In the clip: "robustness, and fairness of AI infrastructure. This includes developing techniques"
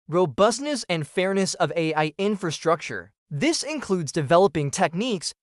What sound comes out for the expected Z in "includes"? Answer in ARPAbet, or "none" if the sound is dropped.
Z